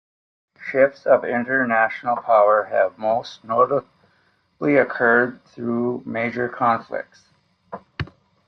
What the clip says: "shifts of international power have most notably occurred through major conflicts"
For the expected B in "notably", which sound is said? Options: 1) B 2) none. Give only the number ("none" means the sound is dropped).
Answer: 2